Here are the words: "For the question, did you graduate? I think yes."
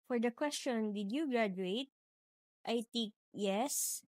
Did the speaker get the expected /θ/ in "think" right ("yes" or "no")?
no